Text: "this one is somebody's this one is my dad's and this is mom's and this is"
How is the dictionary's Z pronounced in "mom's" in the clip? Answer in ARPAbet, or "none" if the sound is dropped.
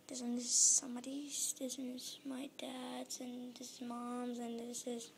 Z